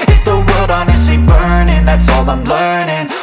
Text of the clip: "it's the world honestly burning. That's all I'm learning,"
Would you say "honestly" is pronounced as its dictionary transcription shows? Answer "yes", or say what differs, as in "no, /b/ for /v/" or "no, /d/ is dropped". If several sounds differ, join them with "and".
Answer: no, /l/ is dropped